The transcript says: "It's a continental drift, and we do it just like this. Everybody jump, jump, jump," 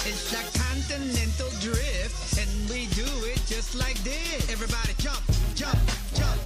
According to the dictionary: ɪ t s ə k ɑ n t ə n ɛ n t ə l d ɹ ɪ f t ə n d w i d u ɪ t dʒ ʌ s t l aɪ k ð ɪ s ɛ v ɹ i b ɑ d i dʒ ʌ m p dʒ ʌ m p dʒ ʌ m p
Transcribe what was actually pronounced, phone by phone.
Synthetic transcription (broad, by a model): ɪ t s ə k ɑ n t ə n ɛ n t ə l d ɹ ɪ f t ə n w i d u ɪ t dʒ ʌ s t l aɪ k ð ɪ ɛ v ɹ i b ɑ d i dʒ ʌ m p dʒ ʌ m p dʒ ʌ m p